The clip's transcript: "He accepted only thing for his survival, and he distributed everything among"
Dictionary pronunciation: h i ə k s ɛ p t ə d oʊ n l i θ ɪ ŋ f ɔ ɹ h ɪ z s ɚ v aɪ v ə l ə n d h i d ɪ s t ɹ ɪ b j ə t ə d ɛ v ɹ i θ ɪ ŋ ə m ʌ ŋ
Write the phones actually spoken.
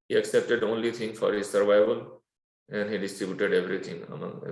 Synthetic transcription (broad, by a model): h i ə k s ɛ p t ə d oʊ n l i t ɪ ŋ f ɔ ɹ h ɪ z s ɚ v aɪ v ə l ə n d h i d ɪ s t ɹ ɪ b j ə t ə d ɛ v ɹ i t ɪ ŋ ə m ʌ